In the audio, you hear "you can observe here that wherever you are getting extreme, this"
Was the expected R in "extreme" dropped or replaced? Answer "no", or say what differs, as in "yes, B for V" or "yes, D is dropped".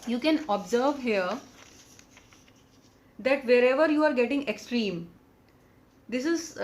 no